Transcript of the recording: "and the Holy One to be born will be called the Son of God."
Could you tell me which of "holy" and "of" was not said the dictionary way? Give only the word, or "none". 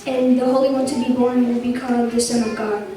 none